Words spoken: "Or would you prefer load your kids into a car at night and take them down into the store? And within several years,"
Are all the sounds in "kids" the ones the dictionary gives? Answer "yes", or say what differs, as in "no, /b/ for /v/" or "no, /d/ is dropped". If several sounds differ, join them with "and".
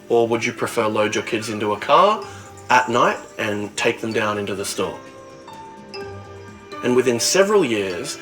yes